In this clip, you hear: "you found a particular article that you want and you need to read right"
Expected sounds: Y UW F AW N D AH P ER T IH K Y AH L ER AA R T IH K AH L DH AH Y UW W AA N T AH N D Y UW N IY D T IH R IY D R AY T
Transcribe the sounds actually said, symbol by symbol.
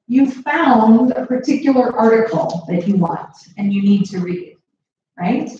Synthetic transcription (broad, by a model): Y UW F AW N D AH P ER T IH K Y L ER AA R T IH K L DH AH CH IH W AA N T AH N Y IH N IY D T IH R IY D R AY T